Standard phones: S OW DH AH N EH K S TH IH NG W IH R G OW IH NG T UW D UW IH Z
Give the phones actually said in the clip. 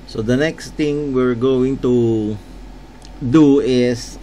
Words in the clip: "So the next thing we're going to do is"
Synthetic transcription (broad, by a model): S OW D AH N EH K S T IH NG W IH R G OW IH NG T UW D UW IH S